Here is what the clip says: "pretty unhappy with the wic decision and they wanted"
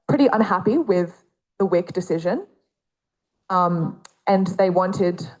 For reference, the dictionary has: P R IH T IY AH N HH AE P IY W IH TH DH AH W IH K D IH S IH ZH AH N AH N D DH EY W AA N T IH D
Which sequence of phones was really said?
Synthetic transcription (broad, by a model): P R IH T IY AH N HH AE P IY W IH DH AH W IH K D IH S IH ZH AH N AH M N DH EY W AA N T IH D